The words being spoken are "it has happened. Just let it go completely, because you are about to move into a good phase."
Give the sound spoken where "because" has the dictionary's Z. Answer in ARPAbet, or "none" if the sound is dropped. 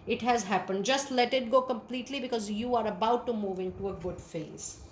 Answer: Z